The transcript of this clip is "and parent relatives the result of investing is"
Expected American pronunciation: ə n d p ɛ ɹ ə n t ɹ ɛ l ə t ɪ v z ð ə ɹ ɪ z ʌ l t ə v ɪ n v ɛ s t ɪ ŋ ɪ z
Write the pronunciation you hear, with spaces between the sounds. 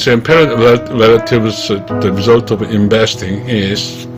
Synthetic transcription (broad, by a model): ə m p ɛ ɹ ə n t ɹ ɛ l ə t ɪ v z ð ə ɹ ɪ z ʌ l t ə v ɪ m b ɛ s t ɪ ŋ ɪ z